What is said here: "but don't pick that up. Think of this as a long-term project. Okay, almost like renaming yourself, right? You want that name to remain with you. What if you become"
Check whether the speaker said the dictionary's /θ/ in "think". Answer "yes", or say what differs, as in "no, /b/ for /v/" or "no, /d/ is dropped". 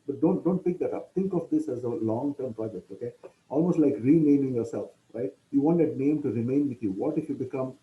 no, /t/ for /θ/